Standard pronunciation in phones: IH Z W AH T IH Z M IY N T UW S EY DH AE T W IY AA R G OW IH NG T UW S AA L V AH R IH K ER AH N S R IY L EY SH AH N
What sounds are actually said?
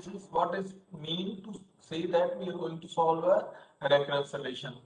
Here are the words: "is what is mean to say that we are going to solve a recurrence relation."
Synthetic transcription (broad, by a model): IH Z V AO T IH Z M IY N T UW S EY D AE T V IY AA R G OW IH NG T UW S AA L V AH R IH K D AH S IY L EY SH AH N